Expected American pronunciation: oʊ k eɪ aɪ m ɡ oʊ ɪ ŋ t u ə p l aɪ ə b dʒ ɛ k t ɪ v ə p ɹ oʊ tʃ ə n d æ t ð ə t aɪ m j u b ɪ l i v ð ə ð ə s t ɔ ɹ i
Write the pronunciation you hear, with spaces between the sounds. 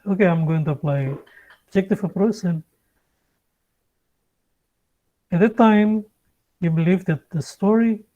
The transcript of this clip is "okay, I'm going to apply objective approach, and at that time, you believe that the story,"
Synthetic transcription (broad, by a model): oʊ k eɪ aɪ m ɡ oʊ ɪ ŋ t u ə p l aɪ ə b dʒ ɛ k t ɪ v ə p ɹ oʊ s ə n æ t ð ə t aɪ m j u b ɪ l i v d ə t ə s t ɔ ɹ i